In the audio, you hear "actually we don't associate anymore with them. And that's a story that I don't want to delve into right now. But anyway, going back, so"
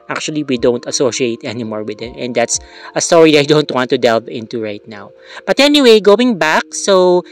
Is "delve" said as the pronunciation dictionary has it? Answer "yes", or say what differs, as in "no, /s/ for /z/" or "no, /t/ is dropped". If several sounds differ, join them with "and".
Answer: yes